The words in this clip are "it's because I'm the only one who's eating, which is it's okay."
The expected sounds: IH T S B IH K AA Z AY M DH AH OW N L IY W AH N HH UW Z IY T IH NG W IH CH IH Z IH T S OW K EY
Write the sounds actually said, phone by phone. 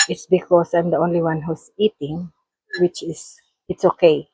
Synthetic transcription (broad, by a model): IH T S B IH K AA S AY M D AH OW N L IY W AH N HH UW S IY T IH NG W IH CH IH S IH T S OW K EY